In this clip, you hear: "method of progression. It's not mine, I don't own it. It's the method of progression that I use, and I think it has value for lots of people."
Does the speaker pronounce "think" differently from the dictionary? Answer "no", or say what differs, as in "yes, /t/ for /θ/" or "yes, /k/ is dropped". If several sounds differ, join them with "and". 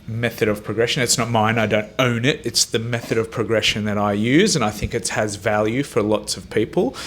no